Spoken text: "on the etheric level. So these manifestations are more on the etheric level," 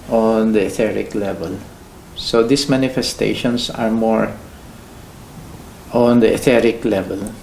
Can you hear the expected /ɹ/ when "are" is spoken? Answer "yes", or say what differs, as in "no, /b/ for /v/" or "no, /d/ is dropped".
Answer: yes